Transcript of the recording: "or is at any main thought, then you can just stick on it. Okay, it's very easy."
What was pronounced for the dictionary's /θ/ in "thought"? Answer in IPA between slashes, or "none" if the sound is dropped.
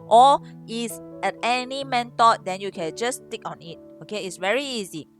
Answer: /t/